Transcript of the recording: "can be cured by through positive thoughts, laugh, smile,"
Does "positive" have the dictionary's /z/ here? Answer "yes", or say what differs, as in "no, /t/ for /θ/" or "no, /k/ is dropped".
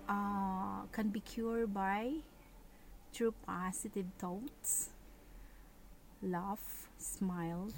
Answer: no, /s/ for /z/